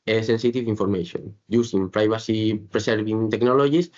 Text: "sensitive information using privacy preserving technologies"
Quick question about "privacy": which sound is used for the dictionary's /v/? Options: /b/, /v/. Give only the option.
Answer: /b/